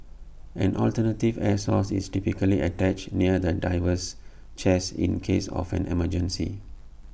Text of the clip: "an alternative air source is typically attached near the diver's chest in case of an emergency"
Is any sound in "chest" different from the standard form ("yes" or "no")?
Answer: yes